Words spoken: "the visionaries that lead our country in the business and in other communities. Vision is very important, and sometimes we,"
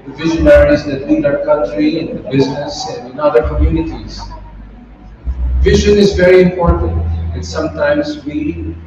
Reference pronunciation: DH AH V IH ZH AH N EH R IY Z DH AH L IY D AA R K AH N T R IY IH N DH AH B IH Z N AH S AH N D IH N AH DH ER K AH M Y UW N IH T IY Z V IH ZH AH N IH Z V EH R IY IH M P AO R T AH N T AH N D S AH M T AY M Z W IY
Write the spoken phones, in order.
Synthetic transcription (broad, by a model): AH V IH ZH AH N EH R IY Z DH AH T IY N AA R K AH N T R IY IH N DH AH B IH Z N AH S AH N D IH N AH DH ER K AH M Y UW N IH T IY Z V IH ZH AH N IH Z V EH R IY IH M P AO R T AH N T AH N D S AH M T AY M Z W IY